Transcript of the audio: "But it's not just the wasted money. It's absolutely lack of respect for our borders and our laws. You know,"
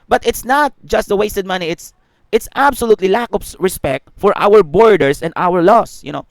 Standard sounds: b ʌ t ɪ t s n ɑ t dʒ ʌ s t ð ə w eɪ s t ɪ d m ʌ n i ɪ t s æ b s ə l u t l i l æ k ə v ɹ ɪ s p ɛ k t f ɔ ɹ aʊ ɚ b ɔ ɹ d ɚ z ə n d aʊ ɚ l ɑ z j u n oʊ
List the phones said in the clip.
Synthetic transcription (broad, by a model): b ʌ t ɪ t s n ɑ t dʒ ʌ s t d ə w eɪ s t ɪ d m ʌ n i ɪ t s æ b s ə l u t l i l æ k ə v ɹ ɪ s p ɛ k t f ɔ ɹ aʊ ɚ b ɔ ɹ d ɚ s ə n d aʊ ɚ l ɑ s j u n oʊ